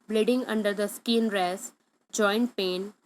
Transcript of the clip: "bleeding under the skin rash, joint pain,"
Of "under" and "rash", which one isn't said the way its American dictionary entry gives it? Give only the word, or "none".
rash